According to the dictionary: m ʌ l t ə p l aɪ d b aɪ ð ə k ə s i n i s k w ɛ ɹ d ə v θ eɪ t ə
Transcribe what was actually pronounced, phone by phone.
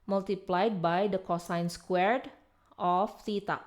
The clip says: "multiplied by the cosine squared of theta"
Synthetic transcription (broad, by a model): m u l t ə p l aɪ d b aɪ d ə k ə s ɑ n s k w ɛ ɹ d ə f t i t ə